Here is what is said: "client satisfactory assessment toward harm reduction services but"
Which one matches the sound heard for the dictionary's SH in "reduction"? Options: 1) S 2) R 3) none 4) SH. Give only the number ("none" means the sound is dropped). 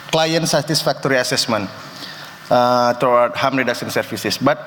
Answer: 1